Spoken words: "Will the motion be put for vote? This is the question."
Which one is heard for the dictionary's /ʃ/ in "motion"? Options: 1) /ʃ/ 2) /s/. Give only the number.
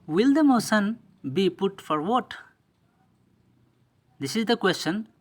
2